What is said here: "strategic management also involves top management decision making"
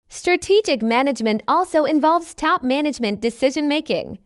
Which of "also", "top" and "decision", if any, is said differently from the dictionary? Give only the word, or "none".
none